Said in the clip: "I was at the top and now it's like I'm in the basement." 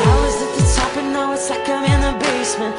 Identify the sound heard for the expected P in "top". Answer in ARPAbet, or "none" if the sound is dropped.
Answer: P